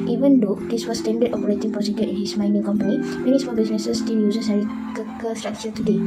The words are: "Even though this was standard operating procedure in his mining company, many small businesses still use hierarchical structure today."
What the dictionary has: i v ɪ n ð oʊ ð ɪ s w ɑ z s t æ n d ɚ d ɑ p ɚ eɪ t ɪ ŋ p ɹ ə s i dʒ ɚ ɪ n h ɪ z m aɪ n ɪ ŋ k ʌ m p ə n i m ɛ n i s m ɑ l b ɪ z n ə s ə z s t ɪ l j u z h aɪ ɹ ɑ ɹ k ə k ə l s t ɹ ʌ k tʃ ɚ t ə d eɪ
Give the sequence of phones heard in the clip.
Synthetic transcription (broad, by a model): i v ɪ n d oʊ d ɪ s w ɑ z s t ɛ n d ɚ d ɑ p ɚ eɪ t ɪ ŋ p ə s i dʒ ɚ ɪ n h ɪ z m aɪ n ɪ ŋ k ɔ m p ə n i m ɛ n i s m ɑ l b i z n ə s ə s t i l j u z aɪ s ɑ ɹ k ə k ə s t ɹ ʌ k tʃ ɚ t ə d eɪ